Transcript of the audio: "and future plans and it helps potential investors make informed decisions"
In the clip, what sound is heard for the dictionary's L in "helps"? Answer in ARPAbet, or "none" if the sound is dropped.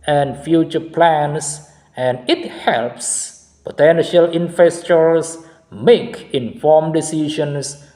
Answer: L